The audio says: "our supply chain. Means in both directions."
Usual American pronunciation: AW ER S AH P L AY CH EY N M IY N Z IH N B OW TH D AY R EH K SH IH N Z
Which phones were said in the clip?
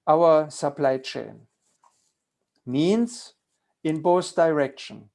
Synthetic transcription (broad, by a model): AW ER S AH P L AY CH EY N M IY N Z IH N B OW S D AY R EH K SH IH N